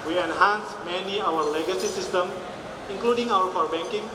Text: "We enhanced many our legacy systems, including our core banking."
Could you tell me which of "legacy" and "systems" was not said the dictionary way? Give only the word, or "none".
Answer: systems